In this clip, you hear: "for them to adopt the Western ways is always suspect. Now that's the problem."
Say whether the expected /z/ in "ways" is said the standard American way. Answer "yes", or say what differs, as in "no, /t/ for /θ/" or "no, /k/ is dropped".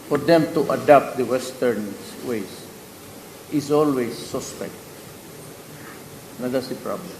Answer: no, /s/ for /z/